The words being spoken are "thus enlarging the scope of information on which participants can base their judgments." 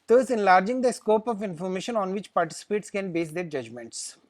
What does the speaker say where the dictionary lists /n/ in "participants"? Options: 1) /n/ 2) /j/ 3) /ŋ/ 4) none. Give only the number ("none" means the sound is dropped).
4